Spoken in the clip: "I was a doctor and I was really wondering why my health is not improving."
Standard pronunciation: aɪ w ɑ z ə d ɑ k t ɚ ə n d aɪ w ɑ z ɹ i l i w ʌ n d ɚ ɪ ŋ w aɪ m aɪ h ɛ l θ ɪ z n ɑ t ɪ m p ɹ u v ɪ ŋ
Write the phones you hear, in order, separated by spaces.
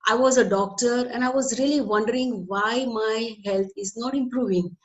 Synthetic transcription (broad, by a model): aɪ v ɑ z ə d ɑ k t ɚ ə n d aɪ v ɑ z ɹ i l i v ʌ n d ɚ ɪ ŋ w aɪ m aɪ h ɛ l t ɪ z n ɑ t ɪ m p ɹ u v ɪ ŋ